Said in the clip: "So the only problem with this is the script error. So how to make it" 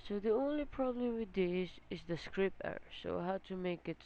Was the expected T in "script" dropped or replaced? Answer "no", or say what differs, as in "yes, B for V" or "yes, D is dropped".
yes, T is dropped